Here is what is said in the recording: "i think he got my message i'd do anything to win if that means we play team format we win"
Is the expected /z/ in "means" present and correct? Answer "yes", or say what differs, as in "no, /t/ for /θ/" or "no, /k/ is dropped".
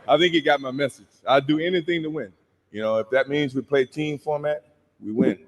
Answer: yes